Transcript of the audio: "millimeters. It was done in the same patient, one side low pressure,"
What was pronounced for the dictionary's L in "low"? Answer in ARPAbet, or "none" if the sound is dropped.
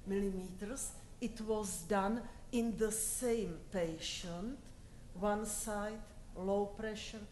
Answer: L